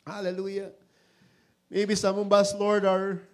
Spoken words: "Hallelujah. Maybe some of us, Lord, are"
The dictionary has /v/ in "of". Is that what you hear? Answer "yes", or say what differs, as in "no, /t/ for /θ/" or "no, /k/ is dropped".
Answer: no, /b/ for /v/